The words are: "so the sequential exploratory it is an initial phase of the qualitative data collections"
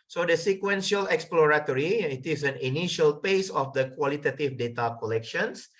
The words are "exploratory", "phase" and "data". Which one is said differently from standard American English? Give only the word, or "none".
phase